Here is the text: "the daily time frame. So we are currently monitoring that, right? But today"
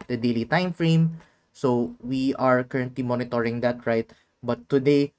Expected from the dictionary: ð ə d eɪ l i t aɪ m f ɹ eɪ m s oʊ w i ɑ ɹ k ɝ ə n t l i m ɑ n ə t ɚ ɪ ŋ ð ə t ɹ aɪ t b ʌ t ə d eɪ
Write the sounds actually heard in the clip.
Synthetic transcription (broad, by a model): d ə d eɪ l i t aɪ m f ɹ eɪ m s oʊ w i ɑ ɹ k ɝ ə n t l i m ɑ n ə t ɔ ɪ ŋ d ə t ɹ aɪ t b ʌ t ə d eɪ